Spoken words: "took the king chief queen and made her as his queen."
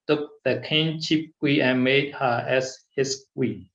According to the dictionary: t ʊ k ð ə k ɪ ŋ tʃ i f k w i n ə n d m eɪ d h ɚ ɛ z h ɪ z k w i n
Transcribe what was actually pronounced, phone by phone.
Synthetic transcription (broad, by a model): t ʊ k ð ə k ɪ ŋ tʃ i p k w i ə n m eɪ d h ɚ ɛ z h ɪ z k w i